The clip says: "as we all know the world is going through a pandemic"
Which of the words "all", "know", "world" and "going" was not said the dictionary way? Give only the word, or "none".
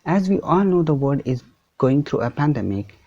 world